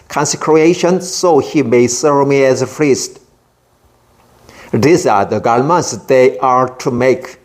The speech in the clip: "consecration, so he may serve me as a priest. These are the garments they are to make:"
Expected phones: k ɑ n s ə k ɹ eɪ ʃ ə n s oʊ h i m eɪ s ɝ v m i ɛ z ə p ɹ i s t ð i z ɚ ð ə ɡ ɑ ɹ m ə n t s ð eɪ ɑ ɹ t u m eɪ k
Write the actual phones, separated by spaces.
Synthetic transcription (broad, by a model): k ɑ n s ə k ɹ eɪ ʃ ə n s oʊ h i m eɪ s ɝ v m i ɛ z ə f ɹ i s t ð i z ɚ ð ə ɡ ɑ l m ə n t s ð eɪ ɑ ɹ t u m eɪ k